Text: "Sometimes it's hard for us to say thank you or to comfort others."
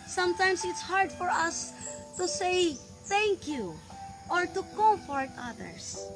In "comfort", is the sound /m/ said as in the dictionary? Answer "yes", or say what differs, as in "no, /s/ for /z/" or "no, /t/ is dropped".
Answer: no, /m/ is dropped